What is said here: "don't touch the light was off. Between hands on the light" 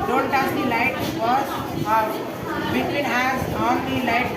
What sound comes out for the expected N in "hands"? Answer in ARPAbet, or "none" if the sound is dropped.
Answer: none